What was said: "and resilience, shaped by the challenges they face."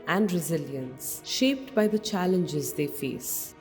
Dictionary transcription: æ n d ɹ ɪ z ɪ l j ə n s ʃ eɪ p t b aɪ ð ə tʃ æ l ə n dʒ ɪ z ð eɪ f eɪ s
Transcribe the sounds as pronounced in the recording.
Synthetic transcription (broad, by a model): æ n d ɹ ɪ z ɪ l j ə n s ʃ eɪ p t b aɪ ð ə tʃ æ l ə n dʒ ɪ z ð eɪ f eɪ s